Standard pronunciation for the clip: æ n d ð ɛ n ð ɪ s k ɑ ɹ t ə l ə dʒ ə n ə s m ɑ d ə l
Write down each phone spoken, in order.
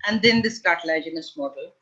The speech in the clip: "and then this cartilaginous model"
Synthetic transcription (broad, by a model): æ n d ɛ n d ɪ s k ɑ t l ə ə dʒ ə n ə s m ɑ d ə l